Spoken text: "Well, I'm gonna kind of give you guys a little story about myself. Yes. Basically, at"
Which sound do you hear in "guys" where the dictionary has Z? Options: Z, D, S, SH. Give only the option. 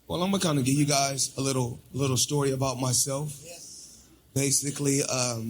Z